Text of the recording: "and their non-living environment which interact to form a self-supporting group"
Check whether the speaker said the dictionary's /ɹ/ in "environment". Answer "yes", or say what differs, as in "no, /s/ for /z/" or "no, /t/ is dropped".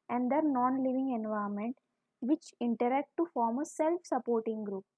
no, /ɹ/ is dropped